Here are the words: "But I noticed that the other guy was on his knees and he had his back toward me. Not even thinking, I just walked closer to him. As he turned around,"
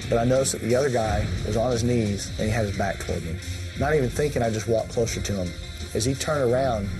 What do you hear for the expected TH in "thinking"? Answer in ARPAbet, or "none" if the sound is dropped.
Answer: TH